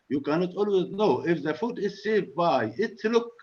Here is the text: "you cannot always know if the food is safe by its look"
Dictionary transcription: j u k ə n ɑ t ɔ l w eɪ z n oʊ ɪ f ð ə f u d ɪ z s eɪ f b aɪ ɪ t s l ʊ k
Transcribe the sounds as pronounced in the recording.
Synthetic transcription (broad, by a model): j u k ə n ɑ t ɔ l w eɪ z n oʊ ɪ f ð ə f u d ɪ z s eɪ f b aɪ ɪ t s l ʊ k